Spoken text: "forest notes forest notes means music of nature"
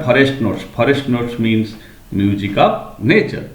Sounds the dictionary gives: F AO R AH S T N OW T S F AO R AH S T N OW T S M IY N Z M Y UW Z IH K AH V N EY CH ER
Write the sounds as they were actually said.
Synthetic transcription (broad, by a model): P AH R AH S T N OW T S P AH R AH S T N OW T S M IY N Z M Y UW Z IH K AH P N EY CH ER